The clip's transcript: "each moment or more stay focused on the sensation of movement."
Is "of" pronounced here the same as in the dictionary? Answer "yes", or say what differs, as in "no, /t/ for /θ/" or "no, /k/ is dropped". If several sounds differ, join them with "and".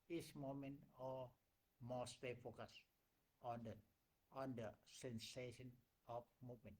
no, /f/ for /v/